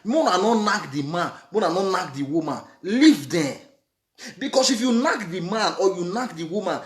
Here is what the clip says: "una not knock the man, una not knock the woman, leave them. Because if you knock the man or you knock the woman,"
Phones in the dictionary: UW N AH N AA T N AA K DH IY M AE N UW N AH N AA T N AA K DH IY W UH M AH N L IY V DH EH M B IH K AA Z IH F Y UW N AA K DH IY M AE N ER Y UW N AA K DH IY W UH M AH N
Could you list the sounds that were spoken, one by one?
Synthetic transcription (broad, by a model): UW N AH N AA N AA K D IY M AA N UW N AH N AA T N AA K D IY W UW M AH N L IY V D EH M B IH K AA S IH F Y UW N AA K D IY M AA N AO Y UW N AA K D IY W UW M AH N